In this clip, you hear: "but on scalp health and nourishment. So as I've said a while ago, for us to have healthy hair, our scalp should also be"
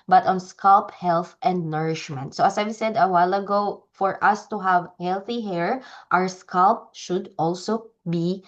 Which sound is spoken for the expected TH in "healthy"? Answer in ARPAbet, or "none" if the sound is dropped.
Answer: TH